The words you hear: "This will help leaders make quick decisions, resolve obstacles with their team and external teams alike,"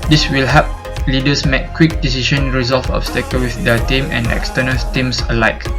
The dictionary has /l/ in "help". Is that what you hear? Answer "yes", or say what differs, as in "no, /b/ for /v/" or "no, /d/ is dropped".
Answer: no, /l/ is dropped